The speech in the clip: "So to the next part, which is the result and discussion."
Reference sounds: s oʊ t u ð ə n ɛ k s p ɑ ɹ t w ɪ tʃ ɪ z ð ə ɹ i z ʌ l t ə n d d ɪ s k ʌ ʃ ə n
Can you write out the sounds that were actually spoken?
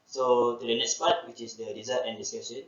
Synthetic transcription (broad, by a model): s oʊ t u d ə n ɛ k s p ɑ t w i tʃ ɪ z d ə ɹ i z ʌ t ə n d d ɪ s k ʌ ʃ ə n